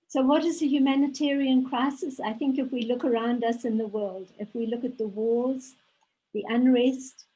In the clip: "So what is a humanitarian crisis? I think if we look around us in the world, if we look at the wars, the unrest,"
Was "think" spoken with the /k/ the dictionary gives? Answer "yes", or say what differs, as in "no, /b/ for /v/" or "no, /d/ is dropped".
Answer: yes